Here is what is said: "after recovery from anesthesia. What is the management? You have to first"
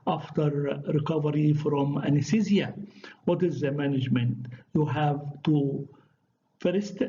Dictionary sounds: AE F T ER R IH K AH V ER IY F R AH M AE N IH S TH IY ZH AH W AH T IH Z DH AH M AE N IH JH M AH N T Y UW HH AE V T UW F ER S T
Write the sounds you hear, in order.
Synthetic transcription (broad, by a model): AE F T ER R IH K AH V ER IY F R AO M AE N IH S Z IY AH W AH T IH Z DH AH M AE N IH JH M AH N T Y UW HH AE V T UW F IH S T